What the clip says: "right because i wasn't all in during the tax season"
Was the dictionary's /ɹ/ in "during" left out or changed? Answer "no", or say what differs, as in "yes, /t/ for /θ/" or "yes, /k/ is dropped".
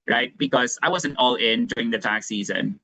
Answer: no